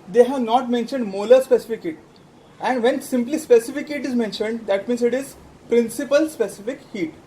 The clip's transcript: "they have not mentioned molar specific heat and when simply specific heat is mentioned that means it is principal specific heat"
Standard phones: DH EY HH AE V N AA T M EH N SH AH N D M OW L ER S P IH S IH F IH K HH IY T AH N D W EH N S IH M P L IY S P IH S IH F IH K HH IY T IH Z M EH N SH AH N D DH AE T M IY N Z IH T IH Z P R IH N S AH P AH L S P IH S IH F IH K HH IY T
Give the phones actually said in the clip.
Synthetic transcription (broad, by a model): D EY HH AE V N AA T M EH N SH AH N D M OW L ER S P IH S IH F IH K HH IY T AH N D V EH N S IH M P L IY S P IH S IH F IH K HH IY T IH Z M EH N SH AH N D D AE T M IY N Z IH T IH Z P R IH N S AH P AH L S P IH S IH F IH K HH IY T